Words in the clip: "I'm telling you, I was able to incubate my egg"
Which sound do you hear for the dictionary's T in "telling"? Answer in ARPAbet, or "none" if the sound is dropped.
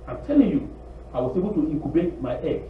T